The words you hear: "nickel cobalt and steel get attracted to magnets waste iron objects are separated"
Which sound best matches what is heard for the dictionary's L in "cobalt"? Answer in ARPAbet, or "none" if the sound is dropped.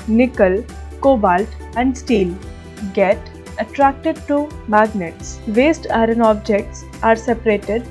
L